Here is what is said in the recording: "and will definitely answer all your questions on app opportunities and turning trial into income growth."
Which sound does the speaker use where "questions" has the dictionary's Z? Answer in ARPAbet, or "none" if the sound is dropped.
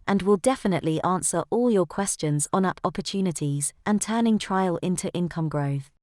Z